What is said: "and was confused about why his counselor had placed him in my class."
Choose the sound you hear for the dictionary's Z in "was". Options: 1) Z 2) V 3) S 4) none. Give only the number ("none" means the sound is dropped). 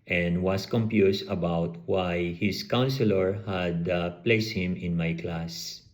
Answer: 3